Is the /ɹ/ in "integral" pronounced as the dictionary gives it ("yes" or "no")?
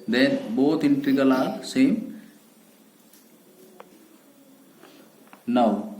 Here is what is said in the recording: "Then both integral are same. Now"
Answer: no